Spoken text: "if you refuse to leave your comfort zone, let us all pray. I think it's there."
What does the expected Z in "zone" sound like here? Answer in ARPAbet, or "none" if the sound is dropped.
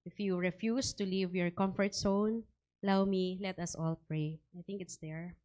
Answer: S